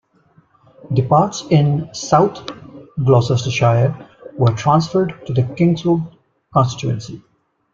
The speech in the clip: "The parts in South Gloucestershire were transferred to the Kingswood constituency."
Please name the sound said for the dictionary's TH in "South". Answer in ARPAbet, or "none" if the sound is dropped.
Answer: T